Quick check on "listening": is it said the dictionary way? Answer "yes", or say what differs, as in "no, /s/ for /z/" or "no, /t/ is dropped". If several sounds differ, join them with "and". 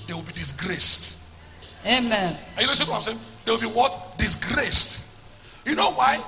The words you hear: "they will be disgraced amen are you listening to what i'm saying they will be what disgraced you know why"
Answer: no, /n/ is dropped